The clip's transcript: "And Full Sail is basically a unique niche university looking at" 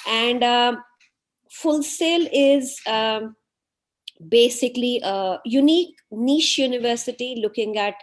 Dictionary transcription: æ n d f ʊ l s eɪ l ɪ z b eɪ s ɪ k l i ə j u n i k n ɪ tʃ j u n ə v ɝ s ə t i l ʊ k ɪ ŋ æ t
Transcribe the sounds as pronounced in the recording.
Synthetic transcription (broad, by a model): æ n d f ʊ l s eɪ l ɪ z b eɪ s ɪ k l i ə j u n i k n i ʃ j u n ə v ɝ s ə t i l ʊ k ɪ ŋ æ t